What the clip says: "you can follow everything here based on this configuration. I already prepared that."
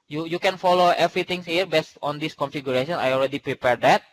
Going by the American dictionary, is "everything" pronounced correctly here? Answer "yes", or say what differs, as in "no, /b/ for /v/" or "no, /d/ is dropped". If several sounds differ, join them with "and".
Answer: no, /t/ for /θ/